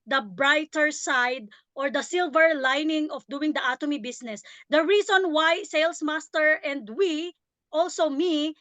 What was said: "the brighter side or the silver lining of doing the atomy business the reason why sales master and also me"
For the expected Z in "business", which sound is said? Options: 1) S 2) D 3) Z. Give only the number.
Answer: 1